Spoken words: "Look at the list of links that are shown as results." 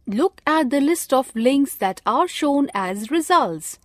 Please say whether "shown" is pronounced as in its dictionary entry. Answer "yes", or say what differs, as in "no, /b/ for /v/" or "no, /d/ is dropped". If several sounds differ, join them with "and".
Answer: yes